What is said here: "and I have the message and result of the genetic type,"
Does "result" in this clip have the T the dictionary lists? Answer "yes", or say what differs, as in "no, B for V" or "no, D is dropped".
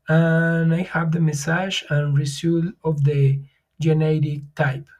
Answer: no, T is dropped